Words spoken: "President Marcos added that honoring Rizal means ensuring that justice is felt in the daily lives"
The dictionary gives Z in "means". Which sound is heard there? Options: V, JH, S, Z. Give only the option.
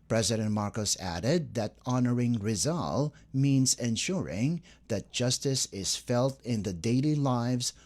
Z